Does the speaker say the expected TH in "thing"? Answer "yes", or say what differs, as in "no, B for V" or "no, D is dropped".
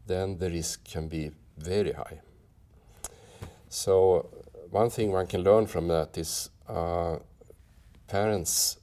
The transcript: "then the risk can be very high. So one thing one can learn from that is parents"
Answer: yes